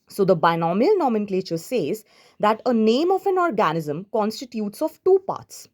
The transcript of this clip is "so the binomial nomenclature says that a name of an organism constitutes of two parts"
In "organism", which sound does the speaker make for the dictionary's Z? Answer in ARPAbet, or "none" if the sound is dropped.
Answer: Z